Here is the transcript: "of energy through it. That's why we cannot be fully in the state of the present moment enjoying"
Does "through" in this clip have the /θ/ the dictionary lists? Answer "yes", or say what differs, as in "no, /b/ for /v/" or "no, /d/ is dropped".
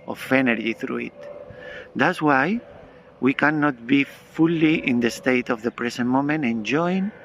yes